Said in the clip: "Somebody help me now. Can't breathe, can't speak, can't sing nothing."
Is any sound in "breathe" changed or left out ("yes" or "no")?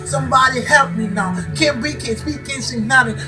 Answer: yes